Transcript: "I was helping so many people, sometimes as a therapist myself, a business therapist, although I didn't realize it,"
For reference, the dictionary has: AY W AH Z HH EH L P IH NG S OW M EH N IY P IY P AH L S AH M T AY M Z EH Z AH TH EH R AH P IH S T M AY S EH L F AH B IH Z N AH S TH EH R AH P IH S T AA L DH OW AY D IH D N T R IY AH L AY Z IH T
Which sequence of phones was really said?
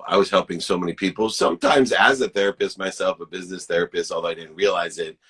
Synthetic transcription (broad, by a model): AY W AH Z HH EH L P IH NG S OW M EH N IY P IY P L S AH M T AY M Z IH Z AH TH EH R AH P IH S T M AY S EH L F AH B IH Z N AH S TH EH R AH P IH S T AA L DH OW AY D IH D N T R IY AH L AY Z IH T